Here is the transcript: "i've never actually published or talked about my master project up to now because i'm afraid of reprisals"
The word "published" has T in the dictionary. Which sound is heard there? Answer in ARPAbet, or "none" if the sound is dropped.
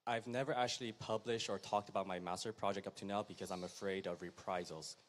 T